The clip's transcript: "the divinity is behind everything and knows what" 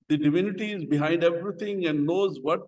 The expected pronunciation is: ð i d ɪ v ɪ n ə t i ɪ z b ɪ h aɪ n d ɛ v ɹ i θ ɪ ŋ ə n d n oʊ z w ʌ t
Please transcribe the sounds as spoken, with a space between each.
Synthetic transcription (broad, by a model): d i d ɪ v ɪ n ə t i ɪ z b ɪ h aɪ n d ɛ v ɹ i t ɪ ŋ ə n d n oʊ z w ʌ t